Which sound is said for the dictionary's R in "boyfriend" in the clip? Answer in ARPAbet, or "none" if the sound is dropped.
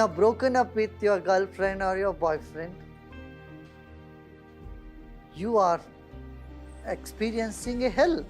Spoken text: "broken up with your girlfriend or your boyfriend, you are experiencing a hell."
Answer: R